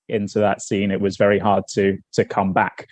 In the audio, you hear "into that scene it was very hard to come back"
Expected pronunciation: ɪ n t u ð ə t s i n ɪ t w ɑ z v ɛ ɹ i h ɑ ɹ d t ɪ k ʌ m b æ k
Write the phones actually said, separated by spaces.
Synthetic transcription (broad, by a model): ɪ n t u ð ə t s i n ɪ t w ɑ z v ɛ ɹ i h ɑ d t t ɪ k ʌ m b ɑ k